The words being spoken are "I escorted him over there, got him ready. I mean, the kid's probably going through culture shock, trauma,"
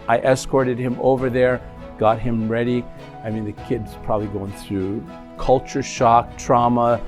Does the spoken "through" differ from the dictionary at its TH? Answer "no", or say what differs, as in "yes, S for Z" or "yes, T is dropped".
no